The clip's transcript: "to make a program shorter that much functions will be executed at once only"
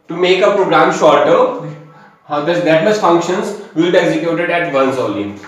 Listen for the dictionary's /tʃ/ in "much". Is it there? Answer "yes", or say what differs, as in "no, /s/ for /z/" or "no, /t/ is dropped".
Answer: no, /s/ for /tʃ/